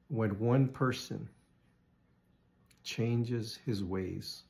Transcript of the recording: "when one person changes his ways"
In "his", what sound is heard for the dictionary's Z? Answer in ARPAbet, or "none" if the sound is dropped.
Z